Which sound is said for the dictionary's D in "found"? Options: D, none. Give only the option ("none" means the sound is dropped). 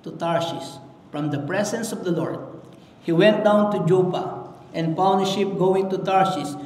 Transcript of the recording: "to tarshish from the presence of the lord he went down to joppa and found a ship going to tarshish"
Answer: none